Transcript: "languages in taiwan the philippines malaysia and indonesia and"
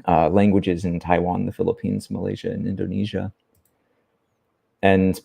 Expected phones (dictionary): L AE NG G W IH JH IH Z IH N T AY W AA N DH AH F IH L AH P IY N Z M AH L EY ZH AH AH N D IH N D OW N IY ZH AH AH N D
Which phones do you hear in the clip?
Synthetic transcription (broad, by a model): L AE NG G W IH JH IH Z IH N T AY W AA N DH AH F IH L AH P IY N Z M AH L EY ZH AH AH N IH N D OW N IY ZH AH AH N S